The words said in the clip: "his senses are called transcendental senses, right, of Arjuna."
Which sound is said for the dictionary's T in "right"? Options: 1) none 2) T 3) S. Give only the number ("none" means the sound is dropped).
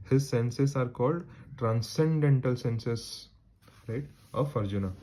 2